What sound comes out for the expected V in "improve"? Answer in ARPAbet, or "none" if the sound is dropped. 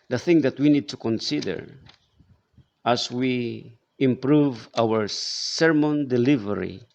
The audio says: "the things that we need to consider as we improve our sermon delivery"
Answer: V